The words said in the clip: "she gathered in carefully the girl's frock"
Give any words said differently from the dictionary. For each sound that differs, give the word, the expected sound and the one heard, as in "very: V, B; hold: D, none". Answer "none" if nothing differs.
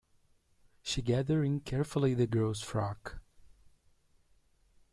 gathered: D, none